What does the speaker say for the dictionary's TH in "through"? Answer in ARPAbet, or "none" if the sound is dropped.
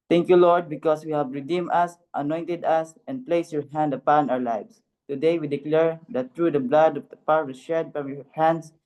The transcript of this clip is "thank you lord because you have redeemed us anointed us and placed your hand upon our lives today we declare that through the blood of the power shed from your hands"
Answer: T